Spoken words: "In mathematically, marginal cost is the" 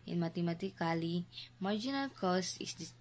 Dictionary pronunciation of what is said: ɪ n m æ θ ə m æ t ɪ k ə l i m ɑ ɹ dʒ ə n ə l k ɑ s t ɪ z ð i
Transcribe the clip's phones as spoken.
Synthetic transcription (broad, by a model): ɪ n m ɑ t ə m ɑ t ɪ k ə l i m ɑ ɹ dʒ ə n ə l k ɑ s ɪ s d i